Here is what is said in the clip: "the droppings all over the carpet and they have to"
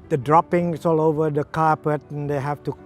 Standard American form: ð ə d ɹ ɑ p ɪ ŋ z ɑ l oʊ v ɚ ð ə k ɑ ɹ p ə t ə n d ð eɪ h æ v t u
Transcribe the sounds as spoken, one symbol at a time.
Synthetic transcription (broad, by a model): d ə d ɹ ɑ p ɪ ŋ s ɑ l oʊ v ɚ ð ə k ɑ ɹ p ə t ə n d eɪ h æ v t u